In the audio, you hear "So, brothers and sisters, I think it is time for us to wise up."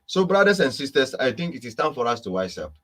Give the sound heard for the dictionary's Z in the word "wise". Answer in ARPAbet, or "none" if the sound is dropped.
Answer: S